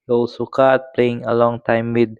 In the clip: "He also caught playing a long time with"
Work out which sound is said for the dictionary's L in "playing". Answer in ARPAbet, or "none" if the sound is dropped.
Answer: L